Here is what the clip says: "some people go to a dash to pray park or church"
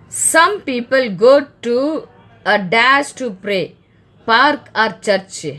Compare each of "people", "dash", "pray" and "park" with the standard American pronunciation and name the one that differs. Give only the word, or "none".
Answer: dash